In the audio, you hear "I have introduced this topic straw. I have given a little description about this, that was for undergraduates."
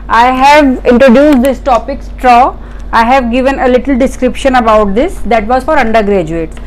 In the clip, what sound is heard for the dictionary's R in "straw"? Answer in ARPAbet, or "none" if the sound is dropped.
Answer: R